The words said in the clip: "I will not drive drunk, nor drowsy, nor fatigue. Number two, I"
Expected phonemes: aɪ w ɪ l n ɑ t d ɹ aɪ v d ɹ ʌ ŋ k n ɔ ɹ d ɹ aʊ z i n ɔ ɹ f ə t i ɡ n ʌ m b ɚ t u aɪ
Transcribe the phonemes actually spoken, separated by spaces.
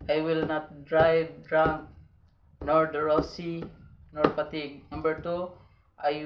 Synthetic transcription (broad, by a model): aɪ w ɪ l n ɑ t d ɹ aɪ v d ɹ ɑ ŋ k n ɔ ɹ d ɹ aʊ s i n ɔ ɹ p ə t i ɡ n ʌ m b ɚ t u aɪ